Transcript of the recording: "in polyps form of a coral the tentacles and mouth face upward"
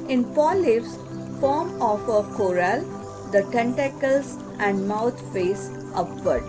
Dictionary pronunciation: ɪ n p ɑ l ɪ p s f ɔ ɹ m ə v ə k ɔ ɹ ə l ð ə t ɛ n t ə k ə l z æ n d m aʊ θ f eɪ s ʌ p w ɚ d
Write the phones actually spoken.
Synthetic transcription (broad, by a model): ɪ n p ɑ l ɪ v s f ɔ ɹ m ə f ə k ɔ ɹ ə l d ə t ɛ n t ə k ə l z æ n d m aʊ t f eɪ s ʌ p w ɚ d